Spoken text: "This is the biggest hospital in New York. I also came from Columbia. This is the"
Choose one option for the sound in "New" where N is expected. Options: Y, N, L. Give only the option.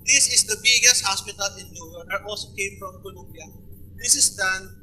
L